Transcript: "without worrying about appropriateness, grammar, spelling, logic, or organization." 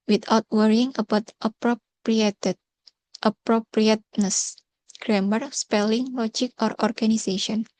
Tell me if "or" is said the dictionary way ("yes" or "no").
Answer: yes